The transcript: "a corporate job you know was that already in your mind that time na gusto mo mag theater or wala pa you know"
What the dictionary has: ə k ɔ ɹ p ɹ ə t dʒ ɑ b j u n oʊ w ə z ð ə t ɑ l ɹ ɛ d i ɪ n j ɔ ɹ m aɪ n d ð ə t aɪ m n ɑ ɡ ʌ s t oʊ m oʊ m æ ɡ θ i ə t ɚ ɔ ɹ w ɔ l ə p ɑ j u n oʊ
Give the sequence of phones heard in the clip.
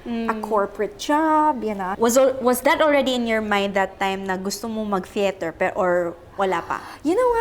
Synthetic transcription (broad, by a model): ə k ɔ ɹ p ɹ ə t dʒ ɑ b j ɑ n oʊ w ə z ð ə t ɑ l ɹ ɛ d i ɪ n j ɔ ɹ m aɪ n d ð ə t aɪ m n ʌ ɡ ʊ s t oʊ m oʊ m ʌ ɡ f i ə t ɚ ɔ ɹ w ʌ l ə p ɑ j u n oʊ